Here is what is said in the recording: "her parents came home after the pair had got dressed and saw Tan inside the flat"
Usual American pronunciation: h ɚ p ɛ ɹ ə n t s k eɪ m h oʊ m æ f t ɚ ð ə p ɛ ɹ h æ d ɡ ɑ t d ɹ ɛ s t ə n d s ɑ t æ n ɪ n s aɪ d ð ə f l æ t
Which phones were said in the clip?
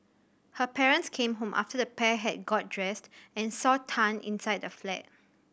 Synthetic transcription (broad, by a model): h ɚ p ɛ ɹ ə n t s k eɪ m h oʊ m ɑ f t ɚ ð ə p ɛ h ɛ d ɡ ɑ t d ɹ ɛ s t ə n s ɑ t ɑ n ɪ n s aɪ d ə f l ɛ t